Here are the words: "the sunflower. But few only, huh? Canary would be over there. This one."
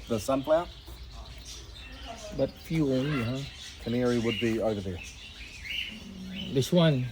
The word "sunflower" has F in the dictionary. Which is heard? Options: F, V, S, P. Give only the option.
P